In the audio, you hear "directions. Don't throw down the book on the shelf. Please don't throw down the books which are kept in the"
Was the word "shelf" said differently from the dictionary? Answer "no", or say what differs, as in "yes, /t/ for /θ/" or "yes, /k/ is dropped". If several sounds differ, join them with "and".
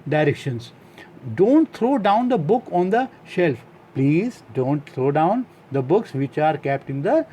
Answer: no